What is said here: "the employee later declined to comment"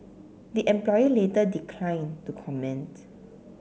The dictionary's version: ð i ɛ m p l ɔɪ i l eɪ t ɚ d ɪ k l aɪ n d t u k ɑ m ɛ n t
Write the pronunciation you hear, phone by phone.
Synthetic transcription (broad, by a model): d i ɛ m p l ɔɪ i l eɪ t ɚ d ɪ k l aɪ n t u k ɑ m ɛ n t